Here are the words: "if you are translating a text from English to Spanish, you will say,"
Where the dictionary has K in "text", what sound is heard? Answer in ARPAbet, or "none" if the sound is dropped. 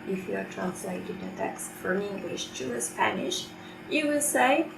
K